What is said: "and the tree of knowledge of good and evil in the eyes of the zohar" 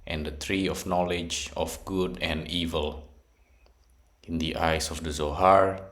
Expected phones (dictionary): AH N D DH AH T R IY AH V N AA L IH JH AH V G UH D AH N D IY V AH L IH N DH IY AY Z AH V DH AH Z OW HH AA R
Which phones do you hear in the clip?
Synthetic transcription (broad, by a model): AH N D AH T R IY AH F N AA L IH JH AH F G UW D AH N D IY V AH L IH N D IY AY S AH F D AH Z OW HH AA R